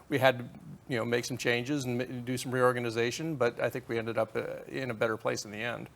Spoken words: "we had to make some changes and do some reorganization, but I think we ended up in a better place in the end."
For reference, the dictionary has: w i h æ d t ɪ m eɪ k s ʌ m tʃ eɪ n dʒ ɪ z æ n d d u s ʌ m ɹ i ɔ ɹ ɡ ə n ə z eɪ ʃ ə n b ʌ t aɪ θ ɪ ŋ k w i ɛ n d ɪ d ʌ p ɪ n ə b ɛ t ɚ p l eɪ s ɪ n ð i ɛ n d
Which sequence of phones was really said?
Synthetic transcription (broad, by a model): w i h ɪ d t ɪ m eɪ k s ʌ m tʃ eɪ n dʒ ɪ z n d d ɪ s ʌ m ɹ i ɔ ɹ ɡ ə n ə z eɪ ʃ ə n b ʌ t aɪ θ ɪ ŋ k w i ɛ n d ɪ d ʌ p ɪ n ə b ɛ t ɚ p l eɪ s n ð i ɛ n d